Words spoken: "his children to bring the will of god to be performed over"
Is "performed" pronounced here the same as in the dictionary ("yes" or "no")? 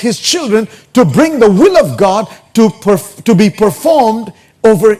yes